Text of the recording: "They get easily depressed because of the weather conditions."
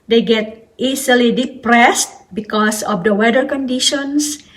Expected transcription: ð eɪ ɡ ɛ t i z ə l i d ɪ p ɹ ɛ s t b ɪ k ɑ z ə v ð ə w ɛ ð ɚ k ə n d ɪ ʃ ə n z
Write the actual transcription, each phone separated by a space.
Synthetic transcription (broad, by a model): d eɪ ɡ ɛ t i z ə l i d ɪ p ɹ ɛ s t b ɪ k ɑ s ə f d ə w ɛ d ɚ k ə n d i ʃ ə n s